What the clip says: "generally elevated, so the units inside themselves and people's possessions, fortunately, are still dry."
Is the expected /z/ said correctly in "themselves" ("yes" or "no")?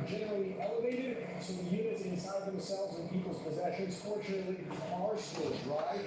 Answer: yes